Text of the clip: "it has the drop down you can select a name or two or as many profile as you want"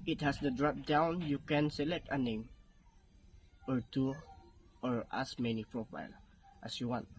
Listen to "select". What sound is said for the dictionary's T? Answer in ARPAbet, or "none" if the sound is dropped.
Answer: T